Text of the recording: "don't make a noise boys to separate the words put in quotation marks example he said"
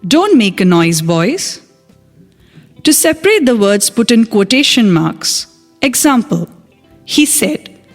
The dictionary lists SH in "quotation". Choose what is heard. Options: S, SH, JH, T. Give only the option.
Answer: SH